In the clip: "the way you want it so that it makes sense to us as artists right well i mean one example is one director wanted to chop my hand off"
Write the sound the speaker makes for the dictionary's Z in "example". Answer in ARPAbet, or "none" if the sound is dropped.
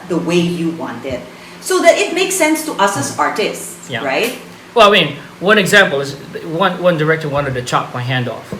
Z